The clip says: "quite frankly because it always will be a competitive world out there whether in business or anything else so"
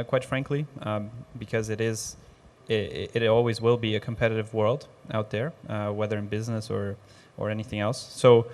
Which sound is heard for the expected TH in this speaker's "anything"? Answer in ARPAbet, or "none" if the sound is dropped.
TH